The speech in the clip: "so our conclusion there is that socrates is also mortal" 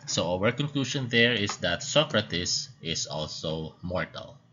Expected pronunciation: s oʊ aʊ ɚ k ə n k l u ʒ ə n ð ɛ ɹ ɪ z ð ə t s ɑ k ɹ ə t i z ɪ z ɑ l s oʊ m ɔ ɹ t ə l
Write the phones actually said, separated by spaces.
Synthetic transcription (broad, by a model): s oʊ aʊ ɚ k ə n k l u ʃ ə n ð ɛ ɹ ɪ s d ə t s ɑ k ɹ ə t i s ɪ s ɑ l s oʊ m ɔ ɹ t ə l